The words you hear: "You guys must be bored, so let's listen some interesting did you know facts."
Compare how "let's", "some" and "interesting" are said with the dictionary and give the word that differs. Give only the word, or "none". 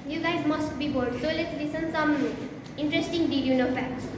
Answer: none